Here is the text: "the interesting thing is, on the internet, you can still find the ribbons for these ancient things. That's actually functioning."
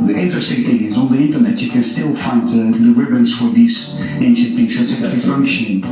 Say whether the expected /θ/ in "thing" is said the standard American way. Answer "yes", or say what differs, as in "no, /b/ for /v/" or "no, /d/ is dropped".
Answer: no, /t/ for /θ/